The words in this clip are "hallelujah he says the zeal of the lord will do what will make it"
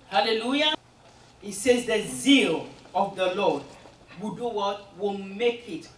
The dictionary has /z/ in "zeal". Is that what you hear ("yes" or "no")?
yes